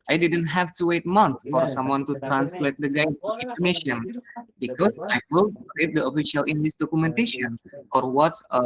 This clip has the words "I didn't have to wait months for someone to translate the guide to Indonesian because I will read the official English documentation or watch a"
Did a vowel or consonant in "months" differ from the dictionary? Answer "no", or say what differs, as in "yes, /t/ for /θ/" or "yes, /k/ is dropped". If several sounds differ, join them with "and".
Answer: yes, /s/ is dropped